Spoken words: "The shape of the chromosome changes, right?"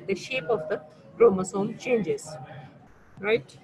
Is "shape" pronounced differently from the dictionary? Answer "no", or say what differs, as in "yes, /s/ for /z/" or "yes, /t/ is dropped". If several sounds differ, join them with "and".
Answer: no